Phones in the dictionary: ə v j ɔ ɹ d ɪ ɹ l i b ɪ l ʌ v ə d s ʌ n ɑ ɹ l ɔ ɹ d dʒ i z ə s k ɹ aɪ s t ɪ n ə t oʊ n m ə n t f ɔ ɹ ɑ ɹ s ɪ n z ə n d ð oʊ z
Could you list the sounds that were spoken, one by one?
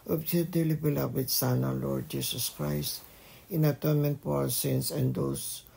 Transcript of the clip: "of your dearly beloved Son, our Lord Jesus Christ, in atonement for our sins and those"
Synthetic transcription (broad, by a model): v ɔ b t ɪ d l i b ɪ l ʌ w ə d s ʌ n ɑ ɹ l ɔ ɹ d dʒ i s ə s k ɹ aɪ s t ɪ n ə t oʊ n m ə n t p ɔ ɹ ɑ w s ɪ n s ə n d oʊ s